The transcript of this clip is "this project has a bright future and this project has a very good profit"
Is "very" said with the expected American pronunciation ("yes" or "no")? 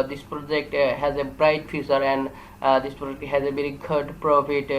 no